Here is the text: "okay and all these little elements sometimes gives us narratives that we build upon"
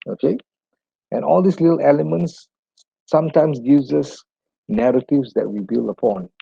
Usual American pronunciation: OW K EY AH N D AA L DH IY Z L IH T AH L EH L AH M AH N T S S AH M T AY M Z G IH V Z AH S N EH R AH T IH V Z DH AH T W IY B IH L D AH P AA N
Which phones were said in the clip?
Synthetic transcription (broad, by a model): OW K EY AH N AA L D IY S L IH T AH L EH L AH M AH N T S S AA M T AY M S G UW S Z AH S N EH R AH T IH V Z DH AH T W IY B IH L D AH P AA N